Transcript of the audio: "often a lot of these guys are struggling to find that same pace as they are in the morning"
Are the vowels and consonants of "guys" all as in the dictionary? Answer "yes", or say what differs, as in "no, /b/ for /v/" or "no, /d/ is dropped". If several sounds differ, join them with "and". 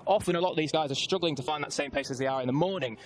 yes